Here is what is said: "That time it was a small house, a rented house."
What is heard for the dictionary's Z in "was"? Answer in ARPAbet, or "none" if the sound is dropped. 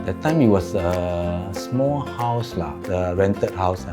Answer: S